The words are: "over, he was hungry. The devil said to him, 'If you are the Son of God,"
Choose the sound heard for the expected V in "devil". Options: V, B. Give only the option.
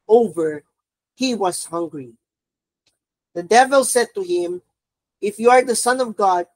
V